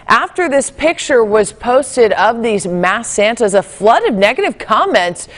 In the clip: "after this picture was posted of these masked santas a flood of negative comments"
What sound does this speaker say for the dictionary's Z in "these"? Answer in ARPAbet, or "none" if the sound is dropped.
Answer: Z